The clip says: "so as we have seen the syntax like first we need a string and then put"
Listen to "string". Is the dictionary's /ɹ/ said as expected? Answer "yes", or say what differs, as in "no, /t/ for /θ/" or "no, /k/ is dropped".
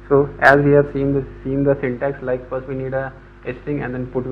no, /ɹ/ is dropped